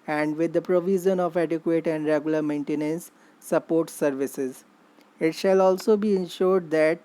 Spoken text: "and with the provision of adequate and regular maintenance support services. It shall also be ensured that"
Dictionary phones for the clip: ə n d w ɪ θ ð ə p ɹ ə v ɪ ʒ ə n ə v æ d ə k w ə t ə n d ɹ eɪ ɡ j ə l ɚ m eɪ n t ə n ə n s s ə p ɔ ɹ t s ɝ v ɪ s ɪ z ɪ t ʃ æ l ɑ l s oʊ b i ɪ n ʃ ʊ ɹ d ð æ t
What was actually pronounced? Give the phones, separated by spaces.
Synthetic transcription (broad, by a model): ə n d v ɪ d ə p ɹ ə v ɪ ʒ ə n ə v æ d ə k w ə t ə n d ɹ eɪ ɡ j ə l ɚ m eɪ n t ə n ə n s s ə p ɔ ɹ t s ɝ v ɪ s ɪ z ɪ t ʃ æ l ɑ l s oʊ b i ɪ n ʃ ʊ ɹ d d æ t